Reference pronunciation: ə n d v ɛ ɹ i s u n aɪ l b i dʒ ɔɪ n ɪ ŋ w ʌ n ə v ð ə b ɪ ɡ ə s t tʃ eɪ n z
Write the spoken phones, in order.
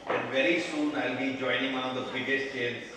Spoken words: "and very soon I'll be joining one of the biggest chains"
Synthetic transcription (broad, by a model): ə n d v ɛ ɹ i s u n aɪ l b i dʒ ɔɪ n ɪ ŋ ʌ ə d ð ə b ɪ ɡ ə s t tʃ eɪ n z